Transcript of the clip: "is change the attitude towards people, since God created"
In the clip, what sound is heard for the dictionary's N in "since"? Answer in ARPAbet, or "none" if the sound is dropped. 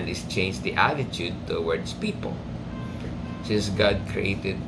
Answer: none